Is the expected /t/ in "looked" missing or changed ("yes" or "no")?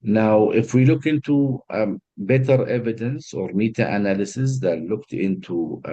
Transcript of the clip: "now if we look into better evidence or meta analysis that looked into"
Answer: no